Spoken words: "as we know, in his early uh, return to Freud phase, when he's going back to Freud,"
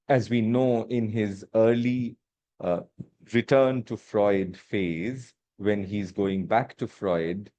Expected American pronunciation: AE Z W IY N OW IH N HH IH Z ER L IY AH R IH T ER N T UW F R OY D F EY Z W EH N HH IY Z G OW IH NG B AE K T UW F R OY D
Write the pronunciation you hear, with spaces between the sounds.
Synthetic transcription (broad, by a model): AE Z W IY N OW IH N HH IH Z ER L IY R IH T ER N T UW F R OY D F EY Z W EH N HH IY Z G OW IH NG B AE K T UW F R OY D